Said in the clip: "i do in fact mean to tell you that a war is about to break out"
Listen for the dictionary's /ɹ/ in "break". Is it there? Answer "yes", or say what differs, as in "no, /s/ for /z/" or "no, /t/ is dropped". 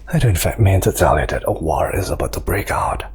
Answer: yes